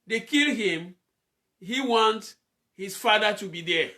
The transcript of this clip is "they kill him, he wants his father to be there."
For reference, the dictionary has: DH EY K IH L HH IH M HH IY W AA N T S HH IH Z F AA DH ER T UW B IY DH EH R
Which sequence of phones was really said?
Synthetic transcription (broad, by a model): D EY K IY L HH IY M HH IY W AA N T HH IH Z F AA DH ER T UW B IY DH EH